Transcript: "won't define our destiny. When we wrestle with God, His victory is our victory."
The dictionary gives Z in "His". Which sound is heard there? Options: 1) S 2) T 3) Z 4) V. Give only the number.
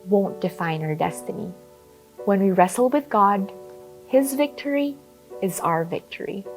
3